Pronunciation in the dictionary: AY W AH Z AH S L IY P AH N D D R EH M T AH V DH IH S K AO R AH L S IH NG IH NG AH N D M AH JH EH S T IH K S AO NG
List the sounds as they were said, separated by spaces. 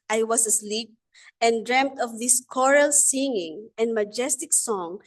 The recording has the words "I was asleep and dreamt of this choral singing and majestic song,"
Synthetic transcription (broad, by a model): AY W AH S AH S L IY P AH N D D R EH M T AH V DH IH S K AO R AH L S IH NG IH NG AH N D M AH JH EH S T IH K S AO NG